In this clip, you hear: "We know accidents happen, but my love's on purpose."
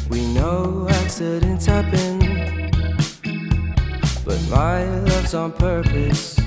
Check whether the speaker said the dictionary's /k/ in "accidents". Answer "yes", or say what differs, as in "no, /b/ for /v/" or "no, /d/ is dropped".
no, /k/ is dropped